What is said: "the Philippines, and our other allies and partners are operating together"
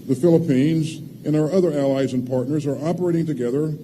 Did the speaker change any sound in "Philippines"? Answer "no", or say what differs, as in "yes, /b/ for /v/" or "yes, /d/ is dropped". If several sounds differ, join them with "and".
no